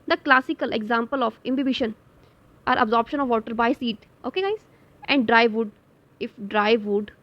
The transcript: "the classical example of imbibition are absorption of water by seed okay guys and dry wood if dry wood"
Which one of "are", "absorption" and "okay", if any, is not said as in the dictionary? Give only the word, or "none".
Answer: none